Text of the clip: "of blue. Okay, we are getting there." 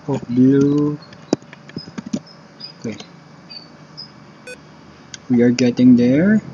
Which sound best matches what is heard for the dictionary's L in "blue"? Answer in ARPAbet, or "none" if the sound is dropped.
none